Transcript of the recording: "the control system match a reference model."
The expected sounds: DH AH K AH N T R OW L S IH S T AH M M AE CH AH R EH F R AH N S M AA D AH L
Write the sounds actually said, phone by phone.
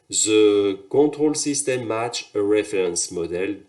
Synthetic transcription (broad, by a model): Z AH K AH T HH OW L S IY S T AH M M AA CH AH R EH F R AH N S M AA D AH L